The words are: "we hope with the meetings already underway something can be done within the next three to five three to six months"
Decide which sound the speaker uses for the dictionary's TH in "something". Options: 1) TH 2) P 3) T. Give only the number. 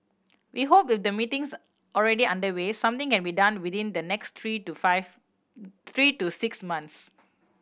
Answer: 3